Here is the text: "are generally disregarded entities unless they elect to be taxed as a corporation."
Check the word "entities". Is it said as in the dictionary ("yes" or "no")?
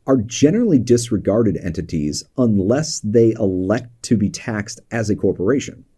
yes